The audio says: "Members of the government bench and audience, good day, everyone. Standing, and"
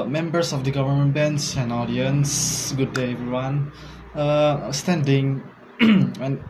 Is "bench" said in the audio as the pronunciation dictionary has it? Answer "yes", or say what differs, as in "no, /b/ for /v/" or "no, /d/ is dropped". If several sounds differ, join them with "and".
no, /s/ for /tʃ/